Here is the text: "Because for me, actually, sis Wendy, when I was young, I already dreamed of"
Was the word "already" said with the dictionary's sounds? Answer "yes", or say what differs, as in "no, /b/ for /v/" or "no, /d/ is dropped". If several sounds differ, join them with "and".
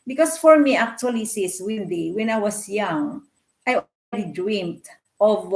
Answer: no, /l/ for /ɹ/